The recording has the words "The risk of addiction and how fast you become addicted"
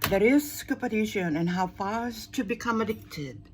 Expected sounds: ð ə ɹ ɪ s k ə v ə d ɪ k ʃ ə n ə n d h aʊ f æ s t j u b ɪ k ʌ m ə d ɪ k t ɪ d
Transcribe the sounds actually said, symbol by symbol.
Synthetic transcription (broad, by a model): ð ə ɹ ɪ s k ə p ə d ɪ ʃ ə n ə n h aʊ f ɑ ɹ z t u b ɪ k ʌ m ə d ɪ k t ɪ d